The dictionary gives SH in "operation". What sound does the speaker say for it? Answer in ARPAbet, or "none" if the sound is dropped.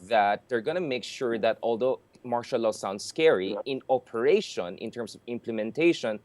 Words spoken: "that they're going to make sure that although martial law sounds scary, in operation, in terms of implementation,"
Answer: SH